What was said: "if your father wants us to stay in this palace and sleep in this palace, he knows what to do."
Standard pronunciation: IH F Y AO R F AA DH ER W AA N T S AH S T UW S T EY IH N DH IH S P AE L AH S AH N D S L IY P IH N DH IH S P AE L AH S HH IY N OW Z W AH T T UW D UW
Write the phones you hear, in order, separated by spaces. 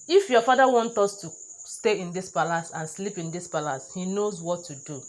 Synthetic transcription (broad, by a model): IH F Y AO F AA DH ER W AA N T AO S T UW S T EY IH N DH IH S P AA L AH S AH N S L IY P IH N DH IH S P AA L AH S HH IY N OW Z W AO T T UW D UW